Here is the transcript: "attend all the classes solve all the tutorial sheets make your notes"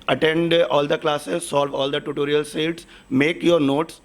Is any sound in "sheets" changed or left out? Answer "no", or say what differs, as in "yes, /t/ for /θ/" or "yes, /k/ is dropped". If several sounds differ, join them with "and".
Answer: yes, /s/ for /ʃ/